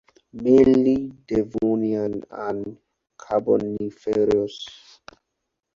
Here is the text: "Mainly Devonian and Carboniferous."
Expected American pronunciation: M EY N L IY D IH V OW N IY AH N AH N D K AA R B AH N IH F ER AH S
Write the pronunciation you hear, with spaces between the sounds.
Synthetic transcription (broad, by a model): M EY L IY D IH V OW N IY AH N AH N K AA B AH N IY F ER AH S